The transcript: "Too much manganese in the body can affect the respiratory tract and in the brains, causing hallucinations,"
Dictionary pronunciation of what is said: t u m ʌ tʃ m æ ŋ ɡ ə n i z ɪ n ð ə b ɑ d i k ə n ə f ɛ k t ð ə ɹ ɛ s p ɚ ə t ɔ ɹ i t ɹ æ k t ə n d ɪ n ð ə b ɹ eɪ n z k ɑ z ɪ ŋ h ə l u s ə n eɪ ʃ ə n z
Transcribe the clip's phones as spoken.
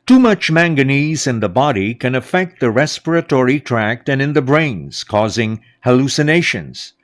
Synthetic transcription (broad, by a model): t u m ʌ tʃ m æ ŋ ɡ ə n i z ɪ n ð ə b ɑ d i k ə n ə f ɛ k t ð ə ɹ ɛ s p ɚ ə t ɔ ɹ i t ɹ æ k t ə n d ɪ n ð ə b ɹ eɪ n z k ɑ z ɪ ŋ h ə l u s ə n eɪ ʃ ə n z